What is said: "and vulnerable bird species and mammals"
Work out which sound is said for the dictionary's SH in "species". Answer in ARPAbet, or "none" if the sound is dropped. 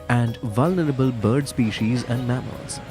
SH